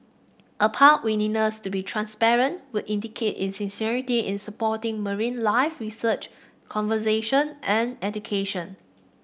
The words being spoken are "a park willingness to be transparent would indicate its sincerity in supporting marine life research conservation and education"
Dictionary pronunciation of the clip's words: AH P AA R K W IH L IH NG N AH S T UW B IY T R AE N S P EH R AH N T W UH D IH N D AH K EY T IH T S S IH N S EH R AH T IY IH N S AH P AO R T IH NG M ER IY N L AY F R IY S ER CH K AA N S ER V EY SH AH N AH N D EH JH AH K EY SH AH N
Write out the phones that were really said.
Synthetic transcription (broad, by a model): AH P AA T W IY N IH N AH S T UW B IY T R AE N S P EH R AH N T W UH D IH N D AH K EY T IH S S IH N S EH R AH T IY IH N S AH P AO T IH NG M ER IY N L AY F R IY S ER CH K AA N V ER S EY SH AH N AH N EH JH AH K EY SH AH N